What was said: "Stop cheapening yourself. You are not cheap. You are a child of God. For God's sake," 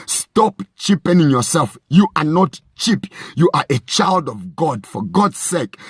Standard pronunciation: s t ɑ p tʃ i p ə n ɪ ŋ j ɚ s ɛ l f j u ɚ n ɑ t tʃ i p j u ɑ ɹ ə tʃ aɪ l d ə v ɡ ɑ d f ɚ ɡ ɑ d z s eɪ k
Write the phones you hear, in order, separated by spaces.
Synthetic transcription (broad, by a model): s t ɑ p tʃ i p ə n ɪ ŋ j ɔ s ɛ l f j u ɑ n ɑ t tʃ i p j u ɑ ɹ ə tʃ aɪ l d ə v ɡ ɑ d f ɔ ɡ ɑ d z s eɪ k